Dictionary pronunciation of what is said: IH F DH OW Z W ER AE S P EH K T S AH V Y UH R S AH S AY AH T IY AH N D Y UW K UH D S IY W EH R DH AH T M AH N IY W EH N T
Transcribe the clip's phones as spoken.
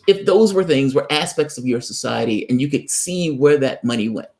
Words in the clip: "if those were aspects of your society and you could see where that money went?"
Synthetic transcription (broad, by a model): IH F DH OW Z W ER AE S P EH K T S AH V Y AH R S AH S AY AH T IY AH N Y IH K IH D S IY W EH R DH AH T M AH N IY W EH N T